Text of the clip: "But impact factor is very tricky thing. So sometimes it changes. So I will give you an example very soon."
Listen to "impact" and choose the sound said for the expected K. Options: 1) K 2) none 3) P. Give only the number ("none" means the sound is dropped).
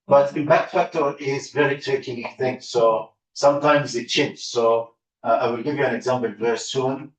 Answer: 2